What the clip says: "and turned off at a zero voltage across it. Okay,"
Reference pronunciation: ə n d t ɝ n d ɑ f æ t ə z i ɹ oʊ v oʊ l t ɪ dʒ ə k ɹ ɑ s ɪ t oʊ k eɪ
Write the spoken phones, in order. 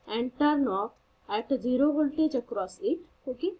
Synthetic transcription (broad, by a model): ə n t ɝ n ɑ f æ t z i ɹ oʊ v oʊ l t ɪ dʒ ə k ɹ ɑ s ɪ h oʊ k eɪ